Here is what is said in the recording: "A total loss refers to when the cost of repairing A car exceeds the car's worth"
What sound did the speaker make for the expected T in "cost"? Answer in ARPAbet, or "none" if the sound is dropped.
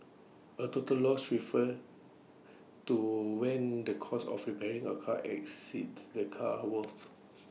none